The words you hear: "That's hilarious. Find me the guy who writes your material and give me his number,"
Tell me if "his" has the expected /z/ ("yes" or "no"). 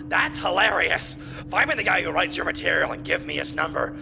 no